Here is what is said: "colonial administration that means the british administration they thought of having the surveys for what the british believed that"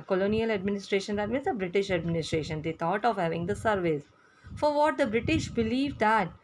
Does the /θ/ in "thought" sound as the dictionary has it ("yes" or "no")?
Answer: no